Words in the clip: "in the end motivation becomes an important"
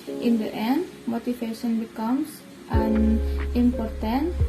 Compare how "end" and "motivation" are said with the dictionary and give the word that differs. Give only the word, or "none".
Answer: motivation